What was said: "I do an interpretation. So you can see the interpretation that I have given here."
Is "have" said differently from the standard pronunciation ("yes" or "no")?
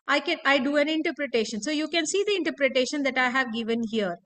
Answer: no